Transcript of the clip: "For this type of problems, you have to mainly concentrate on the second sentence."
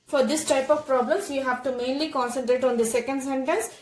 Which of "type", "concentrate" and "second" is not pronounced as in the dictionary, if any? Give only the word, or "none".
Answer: none